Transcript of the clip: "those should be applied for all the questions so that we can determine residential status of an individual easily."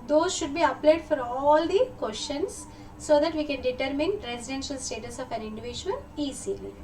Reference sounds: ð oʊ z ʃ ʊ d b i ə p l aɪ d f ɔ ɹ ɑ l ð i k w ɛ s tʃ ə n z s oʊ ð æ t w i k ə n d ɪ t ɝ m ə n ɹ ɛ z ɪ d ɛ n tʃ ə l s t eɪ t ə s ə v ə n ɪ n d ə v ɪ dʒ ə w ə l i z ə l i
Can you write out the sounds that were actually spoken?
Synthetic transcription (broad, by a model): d oʊ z ʃ ʊ d b i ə p l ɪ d f ɔ ɹ ɑ l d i k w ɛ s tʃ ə n s oʊ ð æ t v i k ə n d ɪ t ɝ m ə n ɹ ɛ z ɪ d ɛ n ʃ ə l s t eɪ t ə s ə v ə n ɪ n d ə v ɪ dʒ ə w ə l i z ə l i